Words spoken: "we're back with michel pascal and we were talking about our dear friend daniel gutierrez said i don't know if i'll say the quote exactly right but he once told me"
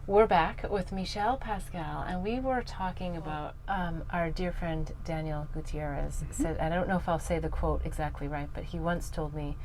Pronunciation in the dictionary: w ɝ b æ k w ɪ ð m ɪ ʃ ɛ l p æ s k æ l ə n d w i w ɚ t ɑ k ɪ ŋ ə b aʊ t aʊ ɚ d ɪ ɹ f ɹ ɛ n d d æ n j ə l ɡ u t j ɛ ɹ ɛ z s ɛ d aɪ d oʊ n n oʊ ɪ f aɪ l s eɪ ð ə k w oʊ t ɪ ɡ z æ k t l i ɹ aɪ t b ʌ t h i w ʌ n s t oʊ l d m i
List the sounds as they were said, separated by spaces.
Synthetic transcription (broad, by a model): w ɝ b æ k w ɪ ð m ɪ ʃ ɛ l p æ s k æ l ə n w i w ɚ t ɑ k ɪ ŋ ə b aʊ t aʊ ɚ d ɪ ɹ f ɹ ɛ n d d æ n j l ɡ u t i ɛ ɹ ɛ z s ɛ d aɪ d oʊ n n oʊ ɪ f aɪ l s eɪ ð ə k w oʊ t ɪ ɡ z æ k t l i ɹ aɪ t b ʌ t h i w ʌ n s t oʊ l d m i